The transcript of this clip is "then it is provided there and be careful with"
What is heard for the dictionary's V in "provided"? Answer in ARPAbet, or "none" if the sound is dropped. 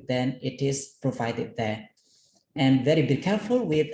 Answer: V